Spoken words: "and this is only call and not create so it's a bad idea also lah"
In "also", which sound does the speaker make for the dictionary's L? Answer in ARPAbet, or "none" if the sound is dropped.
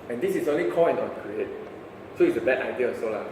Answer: none